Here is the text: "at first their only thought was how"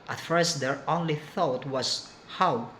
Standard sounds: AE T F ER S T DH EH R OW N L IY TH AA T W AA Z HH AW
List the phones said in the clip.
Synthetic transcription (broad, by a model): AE T F ER S T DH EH R OW N L IY TH AA T W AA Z HH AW